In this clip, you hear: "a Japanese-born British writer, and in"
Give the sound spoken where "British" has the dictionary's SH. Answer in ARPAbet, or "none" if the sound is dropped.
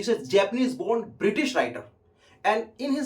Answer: SH